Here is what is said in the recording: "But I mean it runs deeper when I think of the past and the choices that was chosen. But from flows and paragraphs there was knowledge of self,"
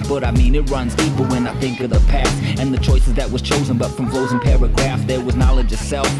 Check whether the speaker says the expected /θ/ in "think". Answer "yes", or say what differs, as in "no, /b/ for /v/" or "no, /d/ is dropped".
yes